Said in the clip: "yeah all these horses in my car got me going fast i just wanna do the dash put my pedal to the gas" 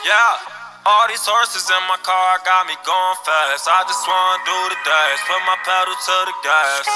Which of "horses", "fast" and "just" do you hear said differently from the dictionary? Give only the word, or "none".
fast